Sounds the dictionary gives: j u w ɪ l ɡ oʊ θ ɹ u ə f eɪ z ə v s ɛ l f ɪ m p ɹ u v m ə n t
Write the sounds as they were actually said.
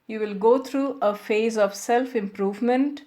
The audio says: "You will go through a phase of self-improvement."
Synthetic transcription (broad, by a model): j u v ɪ l ɡ oʊ t ɹ u ə f eɪ z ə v s ɛ l f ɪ m p ɹ u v m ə n t